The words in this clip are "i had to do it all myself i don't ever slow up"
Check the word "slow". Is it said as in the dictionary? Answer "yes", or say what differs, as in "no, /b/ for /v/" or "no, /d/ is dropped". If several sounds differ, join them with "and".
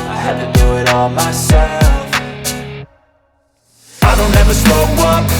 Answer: no, /l/ is dropped